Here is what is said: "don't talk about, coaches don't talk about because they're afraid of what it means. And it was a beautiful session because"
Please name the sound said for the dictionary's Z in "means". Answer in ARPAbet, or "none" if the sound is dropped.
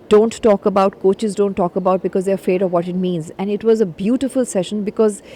Z